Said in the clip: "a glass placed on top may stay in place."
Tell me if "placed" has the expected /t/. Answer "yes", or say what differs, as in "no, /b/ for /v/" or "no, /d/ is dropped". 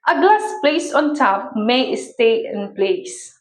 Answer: no, /t/ is dropped